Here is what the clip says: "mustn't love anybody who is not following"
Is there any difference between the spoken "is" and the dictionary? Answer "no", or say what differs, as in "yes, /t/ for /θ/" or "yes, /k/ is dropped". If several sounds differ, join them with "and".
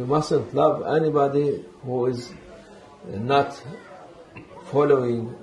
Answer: no